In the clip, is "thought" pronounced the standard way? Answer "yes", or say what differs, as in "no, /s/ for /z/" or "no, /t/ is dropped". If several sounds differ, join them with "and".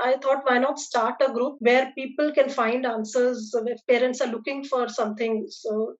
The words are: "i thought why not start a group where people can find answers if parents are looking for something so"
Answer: no, /t/ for /θ/